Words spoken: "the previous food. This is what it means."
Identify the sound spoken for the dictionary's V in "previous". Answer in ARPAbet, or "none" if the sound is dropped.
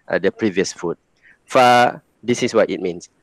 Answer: V